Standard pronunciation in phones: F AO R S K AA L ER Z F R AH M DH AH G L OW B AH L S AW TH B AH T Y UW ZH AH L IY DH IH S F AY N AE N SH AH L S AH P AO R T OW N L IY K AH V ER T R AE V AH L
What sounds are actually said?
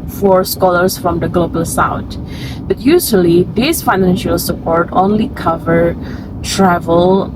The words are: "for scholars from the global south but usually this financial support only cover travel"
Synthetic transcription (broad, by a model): F AO R S K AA L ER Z F R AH M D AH G L OW B AH L S AW T B AH T Y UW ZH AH L IY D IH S F AY N AE N SH AH L S AH P AO R T OW N L IY K AH V ER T R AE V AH L